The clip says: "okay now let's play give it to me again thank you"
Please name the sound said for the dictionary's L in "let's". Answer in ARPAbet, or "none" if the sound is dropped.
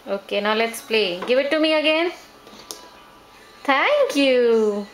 L